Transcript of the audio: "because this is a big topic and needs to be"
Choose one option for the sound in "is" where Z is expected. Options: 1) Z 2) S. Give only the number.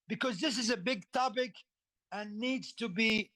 1